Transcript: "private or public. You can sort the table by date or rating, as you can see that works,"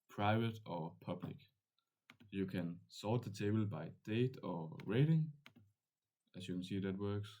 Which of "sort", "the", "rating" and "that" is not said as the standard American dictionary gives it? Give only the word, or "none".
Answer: sort